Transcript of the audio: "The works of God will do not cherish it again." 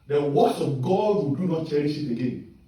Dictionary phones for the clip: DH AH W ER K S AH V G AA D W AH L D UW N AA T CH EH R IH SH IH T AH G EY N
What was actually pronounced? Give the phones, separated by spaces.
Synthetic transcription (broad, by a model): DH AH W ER S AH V G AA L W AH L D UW N AA T CH EH R IH SH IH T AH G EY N